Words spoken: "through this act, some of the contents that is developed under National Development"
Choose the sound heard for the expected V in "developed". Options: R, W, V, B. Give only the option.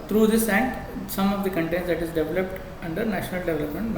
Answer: V